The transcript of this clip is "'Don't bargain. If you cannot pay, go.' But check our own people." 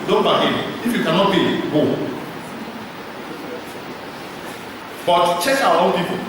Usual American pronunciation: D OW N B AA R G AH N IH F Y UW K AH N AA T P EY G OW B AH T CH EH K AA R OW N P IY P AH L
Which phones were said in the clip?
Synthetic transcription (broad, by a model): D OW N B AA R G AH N IH F Y UW K AH N AA T B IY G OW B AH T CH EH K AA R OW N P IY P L